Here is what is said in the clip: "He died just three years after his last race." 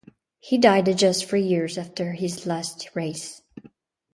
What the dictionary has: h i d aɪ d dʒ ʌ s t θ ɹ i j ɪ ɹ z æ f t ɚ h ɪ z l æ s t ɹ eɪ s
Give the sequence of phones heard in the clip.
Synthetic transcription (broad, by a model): h i d aɪ d dʒ ʌ s t f ɹ i j ɪ ɹ z æ f t ɚ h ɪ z l æ s t ɹ eɪ s